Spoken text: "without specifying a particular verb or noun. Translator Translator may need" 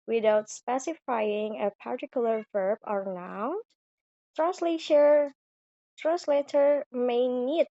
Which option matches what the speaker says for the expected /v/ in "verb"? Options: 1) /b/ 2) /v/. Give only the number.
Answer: 2